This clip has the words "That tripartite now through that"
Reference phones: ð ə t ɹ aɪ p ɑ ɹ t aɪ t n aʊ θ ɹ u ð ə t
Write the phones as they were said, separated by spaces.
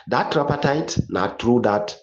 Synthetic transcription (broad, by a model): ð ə t ɹ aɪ p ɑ t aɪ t n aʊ t ɹ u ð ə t